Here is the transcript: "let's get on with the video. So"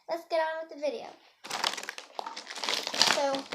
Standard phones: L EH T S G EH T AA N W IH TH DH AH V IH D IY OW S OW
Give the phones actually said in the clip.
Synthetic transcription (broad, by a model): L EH T S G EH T AA N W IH DH AH V IH D IY OW S OW